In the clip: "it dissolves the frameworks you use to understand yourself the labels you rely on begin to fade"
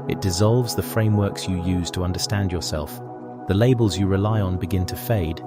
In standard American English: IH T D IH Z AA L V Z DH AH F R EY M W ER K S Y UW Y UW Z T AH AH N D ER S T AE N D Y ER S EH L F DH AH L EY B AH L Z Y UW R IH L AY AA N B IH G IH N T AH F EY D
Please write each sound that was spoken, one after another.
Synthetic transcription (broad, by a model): IH T D IH Z AA L V Z DH AH F R EY M W ER K S Y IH Y UW Z T AH AH N D ER S T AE N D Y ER S EH L F DH AH L EY B AH L Z Y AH R IH L AY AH N B IH G IH N T AH F EY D